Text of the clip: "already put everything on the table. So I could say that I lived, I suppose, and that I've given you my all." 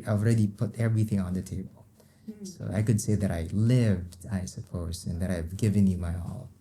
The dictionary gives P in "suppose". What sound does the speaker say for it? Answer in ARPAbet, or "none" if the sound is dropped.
P